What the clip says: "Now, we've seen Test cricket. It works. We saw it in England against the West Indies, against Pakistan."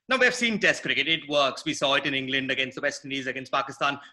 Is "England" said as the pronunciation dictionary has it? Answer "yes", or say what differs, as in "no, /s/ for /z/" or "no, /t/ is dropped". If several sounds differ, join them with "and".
yes